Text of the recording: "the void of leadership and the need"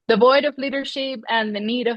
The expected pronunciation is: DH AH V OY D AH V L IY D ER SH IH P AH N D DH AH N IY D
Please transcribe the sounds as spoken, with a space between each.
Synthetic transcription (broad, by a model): DH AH V OY D AH V L IY D ER SH IH P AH N DH AH N IY D